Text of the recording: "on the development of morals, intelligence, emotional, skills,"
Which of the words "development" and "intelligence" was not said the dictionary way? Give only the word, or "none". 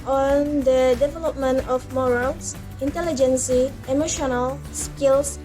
none